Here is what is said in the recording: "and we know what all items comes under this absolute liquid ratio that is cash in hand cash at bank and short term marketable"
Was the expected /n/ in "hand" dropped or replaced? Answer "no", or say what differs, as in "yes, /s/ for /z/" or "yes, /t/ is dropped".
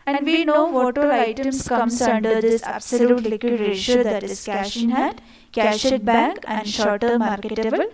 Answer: yes, /n/ is dropped